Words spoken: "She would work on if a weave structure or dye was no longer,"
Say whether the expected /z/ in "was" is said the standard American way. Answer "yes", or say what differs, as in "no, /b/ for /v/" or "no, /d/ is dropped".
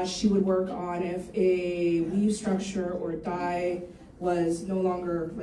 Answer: yes